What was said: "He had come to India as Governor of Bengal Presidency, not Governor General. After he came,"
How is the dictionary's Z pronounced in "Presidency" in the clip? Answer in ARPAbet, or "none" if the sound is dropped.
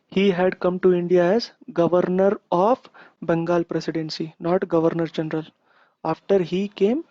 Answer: S